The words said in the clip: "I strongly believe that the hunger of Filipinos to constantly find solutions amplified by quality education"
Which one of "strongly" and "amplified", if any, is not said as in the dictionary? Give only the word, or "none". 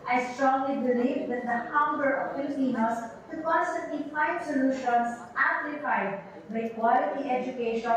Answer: amplified